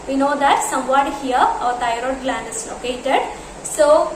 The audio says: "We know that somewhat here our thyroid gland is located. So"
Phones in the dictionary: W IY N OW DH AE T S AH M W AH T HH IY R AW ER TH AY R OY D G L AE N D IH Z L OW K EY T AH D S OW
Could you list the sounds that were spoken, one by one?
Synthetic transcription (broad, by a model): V IY N OW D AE T S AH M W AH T HH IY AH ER T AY R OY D G L AE N D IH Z L OW K EY T AH D S OW